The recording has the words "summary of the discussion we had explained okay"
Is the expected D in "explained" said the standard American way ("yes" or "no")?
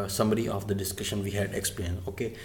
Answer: no